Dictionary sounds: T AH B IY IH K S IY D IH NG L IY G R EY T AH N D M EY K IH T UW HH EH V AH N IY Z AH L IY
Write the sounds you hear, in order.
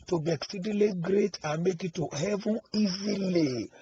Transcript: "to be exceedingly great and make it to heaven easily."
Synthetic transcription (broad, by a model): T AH B IY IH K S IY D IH L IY G R EY T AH M EY K IH T UW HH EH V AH IY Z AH L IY